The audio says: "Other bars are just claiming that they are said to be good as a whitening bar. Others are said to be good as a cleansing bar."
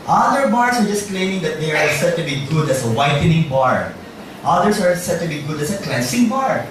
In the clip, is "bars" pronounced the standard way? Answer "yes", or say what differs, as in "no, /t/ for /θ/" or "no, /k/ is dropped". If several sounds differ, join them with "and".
no, /s/ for /z/